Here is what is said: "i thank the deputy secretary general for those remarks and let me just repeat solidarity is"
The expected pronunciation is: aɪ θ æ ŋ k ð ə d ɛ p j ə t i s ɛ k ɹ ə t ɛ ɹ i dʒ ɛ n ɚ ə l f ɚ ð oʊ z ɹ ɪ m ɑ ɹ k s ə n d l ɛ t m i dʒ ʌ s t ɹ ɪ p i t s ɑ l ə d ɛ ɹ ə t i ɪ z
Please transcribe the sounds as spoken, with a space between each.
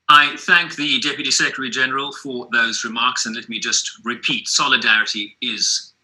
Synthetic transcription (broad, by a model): aɪ θ æ ŋ k ð ə d ɛ p j ə t i s ɛ k ɹ ə t ɛ ɹ i dʒ ɛ n ɚ ə l f ɚ ð oʊ z ɹ ɪ m ɑ ɹ k s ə n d l ɛ t m i dʒ ʌ s t ɹ ɪ p i t s ɑ l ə d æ ɹ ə t i ɪ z